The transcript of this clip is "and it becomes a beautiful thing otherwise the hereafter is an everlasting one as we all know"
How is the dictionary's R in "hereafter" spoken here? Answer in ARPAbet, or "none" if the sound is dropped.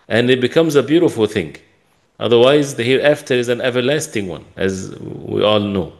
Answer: R